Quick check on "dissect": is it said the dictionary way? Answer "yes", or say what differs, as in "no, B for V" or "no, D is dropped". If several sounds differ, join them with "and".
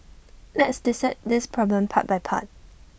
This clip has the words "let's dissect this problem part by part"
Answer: no, K is dropped